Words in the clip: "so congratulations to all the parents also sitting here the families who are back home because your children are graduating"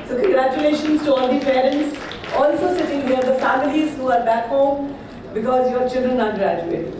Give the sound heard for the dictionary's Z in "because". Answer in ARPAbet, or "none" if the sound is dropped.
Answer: Z